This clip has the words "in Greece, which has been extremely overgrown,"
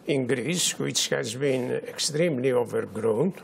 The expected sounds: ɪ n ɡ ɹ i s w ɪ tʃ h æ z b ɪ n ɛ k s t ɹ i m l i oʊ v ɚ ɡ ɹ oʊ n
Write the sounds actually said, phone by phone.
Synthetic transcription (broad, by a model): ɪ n ɡ ɹ i s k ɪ s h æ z b ɪ n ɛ k s t ɹ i m l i oʊ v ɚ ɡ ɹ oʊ n